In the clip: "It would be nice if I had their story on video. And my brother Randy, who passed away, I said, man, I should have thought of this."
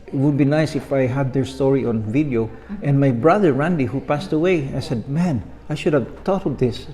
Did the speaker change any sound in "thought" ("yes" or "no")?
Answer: yes